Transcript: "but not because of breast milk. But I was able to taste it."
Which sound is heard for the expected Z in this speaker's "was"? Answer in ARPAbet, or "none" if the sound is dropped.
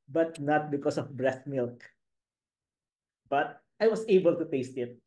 S